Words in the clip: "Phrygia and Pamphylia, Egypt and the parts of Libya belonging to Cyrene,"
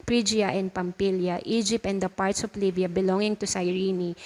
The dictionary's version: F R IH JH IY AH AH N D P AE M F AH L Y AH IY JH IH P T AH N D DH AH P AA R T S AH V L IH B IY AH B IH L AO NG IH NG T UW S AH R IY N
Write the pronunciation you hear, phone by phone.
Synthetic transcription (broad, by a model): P R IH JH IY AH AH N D P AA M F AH L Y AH IY JH IH P T AH N D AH P AA R T S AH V L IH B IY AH B IH L AO NG IH NG T UW S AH R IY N